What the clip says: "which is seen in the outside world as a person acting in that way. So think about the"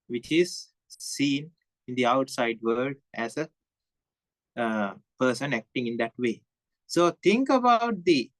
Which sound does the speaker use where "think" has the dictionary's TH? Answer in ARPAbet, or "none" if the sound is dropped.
T